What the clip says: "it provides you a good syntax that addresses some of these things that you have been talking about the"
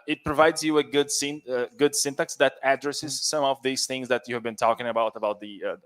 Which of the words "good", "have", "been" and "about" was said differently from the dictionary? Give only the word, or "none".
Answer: none